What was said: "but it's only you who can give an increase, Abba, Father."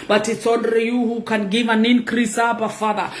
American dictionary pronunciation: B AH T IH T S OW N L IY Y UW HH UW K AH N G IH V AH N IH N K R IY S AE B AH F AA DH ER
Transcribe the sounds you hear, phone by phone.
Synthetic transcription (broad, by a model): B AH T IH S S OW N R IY Y UW HH UW K AH N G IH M AH N IH N K R IY S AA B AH F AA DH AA